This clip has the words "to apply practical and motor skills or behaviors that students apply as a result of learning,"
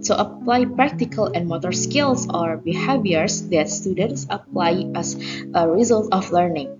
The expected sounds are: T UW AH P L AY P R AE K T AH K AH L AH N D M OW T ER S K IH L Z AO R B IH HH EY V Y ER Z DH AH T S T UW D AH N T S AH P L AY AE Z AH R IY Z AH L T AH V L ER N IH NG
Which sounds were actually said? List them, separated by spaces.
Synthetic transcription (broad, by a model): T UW AH P L AY P R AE K T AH K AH L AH N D M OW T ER S K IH L S AO R B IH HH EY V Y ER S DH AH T S T UW D AH N T S AH P L AY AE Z AH R IY Z AH L T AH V L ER N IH NG